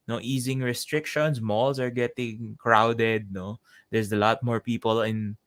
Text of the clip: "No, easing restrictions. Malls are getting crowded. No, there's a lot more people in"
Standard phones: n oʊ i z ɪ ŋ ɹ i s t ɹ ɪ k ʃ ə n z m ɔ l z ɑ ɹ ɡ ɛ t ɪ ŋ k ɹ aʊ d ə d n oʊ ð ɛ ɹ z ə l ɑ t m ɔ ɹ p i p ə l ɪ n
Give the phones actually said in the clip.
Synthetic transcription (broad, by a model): n oʊ i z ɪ ŋ ɹ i s t ɹ ɪ k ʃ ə n s m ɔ l s ɑ ɹ ɡ ɛ t ɪ ŋ k ɹ aʊ d ə d n oʊ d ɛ ɹ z ə l ɑ t m ɔ ɹ p i p ə l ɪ n